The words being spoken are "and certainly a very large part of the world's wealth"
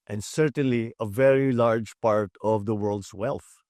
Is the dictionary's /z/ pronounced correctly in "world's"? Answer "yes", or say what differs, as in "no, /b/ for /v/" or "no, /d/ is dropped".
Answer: no, /s/ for /z/